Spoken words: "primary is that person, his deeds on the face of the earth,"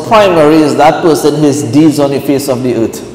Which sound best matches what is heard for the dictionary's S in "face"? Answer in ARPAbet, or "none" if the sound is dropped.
S